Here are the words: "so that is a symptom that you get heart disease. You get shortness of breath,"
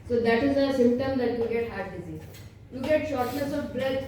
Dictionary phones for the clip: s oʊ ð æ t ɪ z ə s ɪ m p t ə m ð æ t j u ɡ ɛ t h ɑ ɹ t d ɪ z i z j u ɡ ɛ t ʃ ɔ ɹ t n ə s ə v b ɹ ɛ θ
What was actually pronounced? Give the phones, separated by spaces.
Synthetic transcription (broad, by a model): s oʊ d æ t ɪ z ə s ɪ m p t ə m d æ t j u ɡ ɛ t h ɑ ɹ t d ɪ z i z j u ɡ ɛ t ʃ ɔ ɹ t n ə s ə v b ɹ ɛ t